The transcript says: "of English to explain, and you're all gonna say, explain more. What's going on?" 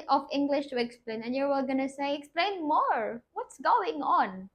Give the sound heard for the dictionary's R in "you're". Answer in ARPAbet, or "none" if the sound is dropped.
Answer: W